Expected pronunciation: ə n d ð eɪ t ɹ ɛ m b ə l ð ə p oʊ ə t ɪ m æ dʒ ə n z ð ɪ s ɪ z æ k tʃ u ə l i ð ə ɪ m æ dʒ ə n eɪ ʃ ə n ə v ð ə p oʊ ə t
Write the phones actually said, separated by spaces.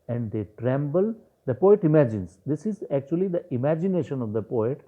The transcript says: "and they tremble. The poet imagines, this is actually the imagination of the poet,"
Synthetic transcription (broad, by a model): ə n d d eɪ t ɹ ɛ m b ə l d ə p oʊ ə t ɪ m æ dʒ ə n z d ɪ s ɪ z æ k tʃ u ə l i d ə ɪ m æ dʒ ə n eɪ ʃ ə n ə v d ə p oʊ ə t